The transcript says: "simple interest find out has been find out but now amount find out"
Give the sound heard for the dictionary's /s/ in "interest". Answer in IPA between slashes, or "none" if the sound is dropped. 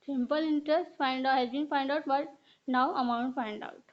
/s/